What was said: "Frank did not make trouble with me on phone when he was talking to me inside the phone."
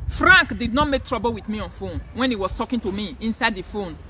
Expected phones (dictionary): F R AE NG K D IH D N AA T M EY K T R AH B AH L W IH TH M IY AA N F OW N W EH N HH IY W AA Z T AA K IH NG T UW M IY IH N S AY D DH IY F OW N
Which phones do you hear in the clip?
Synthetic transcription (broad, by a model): F R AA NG K D IH D N AA T M EY K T R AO B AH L W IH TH M IY AA N F OW N W EH N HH IY W AA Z T AA K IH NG T UW M IY IH N S AY D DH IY F OW N